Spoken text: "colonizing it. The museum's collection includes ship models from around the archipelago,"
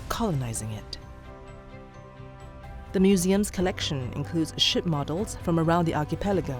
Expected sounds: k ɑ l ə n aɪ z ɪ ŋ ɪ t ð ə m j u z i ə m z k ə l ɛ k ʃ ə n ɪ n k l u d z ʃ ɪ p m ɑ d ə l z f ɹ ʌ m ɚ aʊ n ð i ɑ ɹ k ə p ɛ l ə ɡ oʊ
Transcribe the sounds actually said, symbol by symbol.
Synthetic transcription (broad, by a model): k ɑ l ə n aɪ z ɪ ŋ ɪ t ð ə m j u z i ə m z k ə l ɛ k ʃ ə n ɪ n k l u d z ʃ ɪ p m ɑ d l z f ɹ ʌ m ɚ aʊ n ð i ɑ ɹ k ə p ɛ l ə ɡ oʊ